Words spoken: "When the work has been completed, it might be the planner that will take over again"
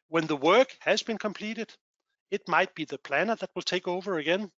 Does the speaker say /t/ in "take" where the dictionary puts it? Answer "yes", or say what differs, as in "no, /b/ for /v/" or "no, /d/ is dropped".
yes